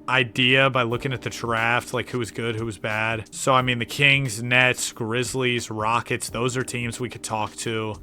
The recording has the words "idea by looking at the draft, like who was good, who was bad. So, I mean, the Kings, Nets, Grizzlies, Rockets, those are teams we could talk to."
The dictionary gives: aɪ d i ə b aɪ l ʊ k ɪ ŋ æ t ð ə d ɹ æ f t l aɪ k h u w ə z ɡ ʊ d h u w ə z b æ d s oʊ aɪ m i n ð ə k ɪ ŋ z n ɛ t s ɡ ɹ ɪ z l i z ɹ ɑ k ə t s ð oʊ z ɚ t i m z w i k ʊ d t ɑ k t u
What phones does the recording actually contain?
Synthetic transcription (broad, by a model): aɪ d i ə b aɪ l ʊ k ɪ ŋ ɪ t ð ə d ɹ æ f t l aɪ k h u w ə z ɡ ʊ d h u w ə z b æ d s oʊ aɪ m i n ð ə k ɪ ŋ z n ɛ t s ɡ ɹ ɪ z l i z ɹ ɑ k ə t s ð oʊ z ɚ t i m z w i k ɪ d t ɑ k t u